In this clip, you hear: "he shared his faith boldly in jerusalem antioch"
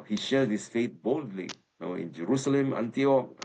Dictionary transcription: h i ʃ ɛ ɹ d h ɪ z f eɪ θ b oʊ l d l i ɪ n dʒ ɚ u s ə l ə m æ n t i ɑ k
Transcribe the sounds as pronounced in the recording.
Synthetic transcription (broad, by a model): h i ʃ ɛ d h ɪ s f eɪ t b oʊ l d l i ɪ n dʒ ɚ u s ə l ə m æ n t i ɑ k